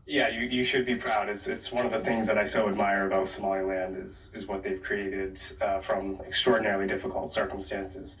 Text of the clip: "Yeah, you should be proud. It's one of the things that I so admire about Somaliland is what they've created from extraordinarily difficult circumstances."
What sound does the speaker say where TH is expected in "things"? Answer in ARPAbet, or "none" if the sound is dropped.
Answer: TH